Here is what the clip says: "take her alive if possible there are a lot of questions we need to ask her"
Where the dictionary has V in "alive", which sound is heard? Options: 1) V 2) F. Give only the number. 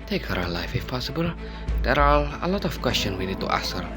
2